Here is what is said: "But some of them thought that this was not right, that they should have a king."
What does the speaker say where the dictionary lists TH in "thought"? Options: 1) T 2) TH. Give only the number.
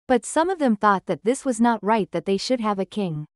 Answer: 2